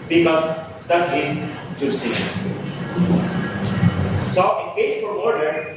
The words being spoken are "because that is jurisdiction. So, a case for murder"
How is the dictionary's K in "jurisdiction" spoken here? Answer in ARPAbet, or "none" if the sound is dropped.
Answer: none